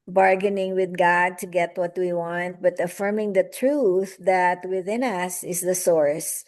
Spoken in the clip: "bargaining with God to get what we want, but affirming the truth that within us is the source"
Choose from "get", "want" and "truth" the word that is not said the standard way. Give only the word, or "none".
none